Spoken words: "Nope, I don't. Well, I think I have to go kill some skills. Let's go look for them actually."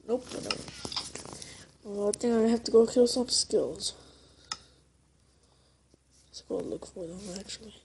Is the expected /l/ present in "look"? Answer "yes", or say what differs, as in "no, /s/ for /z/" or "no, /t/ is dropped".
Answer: yes